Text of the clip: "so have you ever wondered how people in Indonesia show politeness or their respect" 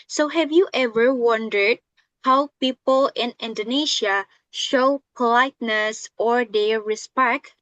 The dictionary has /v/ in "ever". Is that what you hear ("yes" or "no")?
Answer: yes